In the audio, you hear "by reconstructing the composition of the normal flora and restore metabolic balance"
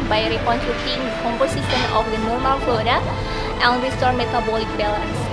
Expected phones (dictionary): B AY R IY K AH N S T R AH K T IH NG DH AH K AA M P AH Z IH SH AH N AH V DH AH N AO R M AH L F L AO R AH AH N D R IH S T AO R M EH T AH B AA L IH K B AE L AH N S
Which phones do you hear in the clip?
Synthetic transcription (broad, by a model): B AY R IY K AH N T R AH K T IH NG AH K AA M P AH S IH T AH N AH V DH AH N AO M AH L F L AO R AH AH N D R IH S T AO R M EH T AH B AA L IH K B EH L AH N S